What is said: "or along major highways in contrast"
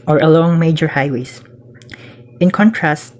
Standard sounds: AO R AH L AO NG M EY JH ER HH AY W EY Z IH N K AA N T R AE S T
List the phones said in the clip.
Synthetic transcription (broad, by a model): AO R AH L AO NG M EY JH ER HH AY W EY S IH N K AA N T R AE S T